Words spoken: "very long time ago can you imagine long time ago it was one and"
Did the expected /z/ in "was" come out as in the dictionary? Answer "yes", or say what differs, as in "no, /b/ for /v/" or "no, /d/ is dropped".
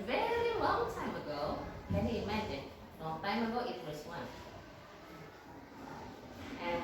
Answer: no, /s/ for /z/